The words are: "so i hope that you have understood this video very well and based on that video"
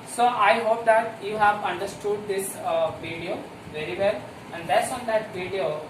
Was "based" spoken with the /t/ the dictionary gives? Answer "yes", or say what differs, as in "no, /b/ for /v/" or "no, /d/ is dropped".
no, /t/ is dropped